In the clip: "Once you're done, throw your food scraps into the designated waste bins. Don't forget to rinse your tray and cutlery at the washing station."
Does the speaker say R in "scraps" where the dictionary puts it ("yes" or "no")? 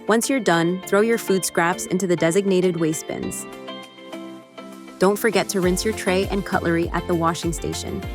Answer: yes